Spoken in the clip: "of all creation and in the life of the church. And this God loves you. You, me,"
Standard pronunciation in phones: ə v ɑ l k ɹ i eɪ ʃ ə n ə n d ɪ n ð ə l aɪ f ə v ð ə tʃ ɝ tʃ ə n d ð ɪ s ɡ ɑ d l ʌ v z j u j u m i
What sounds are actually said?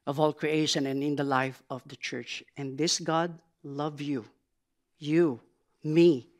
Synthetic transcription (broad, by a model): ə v ɑ l k ɹ i eɪ ʃ ə n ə n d ɪ n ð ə l aɪ f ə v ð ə tʃ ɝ tʃ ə n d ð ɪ s ɡ ɑ d l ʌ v j u j u m i